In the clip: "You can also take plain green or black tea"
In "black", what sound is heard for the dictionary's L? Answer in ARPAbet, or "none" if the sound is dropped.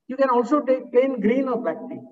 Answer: none